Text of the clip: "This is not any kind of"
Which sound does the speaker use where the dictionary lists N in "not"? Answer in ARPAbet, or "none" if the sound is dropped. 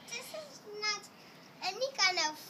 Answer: N